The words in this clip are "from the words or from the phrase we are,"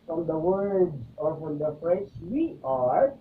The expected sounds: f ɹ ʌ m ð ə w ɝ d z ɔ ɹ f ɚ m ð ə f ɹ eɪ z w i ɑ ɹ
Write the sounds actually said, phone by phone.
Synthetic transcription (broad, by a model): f ɹ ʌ m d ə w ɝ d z ɔ ɹ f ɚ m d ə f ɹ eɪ s w i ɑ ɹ